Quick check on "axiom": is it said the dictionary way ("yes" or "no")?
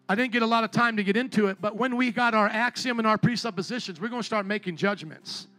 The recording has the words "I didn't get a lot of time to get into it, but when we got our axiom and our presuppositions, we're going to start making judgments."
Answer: yes